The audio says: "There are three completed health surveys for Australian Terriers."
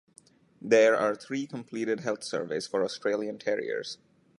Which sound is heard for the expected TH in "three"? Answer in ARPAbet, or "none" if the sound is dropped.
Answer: T